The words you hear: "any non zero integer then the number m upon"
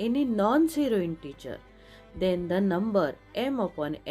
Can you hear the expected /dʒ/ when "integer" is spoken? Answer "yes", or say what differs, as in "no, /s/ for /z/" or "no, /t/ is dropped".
no, /tʃ/ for /dʒ/